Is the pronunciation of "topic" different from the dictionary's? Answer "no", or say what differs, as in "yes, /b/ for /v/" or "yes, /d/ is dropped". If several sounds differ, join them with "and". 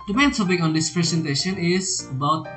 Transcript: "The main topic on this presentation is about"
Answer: yes, /s/ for /t/